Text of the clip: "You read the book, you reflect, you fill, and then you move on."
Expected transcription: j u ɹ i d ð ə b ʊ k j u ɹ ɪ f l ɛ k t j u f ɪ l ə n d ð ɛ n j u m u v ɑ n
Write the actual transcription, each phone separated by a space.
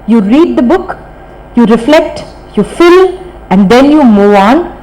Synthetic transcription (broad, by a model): j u ɹ i d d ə b ʊ k j u ɹ ɪ f l ɛ k t j u f ɪ l ə n d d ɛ n j u m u ɑ n